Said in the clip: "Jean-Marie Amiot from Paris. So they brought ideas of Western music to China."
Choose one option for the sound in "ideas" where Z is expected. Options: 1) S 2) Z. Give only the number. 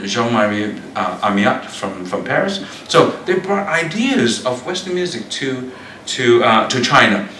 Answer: 2